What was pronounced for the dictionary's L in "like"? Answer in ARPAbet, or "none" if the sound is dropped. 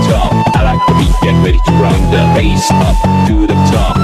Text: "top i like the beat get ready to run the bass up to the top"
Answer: N